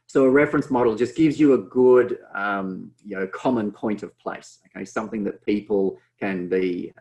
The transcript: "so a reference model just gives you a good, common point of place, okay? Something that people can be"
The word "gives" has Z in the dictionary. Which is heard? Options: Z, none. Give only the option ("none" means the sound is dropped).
Z